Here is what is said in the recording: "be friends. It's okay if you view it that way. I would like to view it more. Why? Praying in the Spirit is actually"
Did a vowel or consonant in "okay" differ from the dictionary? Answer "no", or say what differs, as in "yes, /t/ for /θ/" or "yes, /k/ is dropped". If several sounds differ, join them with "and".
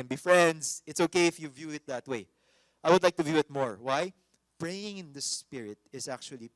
no